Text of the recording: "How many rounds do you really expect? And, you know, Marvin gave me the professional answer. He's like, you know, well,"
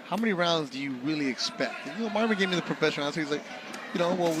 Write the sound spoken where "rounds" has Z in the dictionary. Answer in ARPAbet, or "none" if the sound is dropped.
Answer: Z